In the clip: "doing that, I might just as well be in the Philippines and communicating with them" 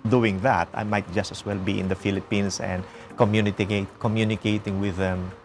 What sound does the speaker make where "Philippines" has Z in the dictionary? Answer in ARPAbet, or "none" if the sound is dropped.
S